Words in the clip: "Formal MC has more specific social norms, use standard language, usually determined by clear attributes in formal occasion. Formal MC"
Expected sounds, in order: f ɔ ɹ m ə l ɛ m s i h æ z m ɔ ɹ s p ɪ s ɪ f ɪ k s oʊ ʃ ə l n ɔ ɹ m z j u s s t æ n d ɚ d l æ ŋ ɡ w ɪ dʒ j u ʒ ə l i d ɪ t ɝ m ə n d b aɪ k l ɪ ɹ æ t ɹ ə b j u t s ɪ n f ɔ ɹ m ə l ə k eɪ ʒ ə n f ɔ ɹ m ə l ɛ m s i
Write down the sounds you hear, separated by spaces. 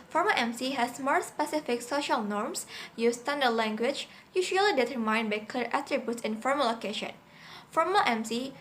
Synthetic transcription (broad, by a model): f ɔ ɹ m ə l ɛ m s i h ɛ s m ɔ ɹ s p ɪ s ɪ f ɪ k s oʊ ʃ ə l n ɔ ɹ m s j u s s t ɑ n d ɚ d l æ ŋ ɡ w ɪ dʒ j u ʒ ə l i d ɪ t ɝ m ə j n b aɪ k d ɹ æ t ɹ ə b j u t s ɪ n f ɔ ɹ m ə l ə k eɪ ʃ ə n f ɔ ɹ m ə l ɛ m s i